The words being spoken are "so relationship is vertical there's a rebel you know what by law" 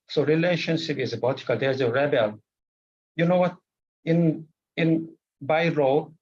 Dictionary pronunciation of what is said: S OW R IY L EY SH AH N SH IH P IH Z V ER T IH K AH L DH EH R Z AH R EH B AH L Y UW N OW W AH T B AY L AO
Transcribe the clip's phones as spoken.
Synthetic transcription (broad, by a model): S OW R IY L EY SH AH N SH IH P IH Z B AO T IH K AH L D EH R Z AH R EH B AH L Y UW N OW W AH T B AY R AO